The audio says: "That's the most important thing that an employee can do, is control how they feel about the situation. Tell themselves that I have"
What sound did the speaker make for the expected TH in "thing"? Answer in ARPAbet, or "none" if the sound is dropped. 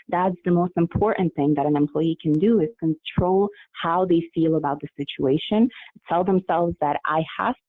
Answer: TH